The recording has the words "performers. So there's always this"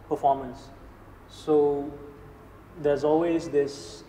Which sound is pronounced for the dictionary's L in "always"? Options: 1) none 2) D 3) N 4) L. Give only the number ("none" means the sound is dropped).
4